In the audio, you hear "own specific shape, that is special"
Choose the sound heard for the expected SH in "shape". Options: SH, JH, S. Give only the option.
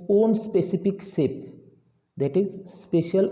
S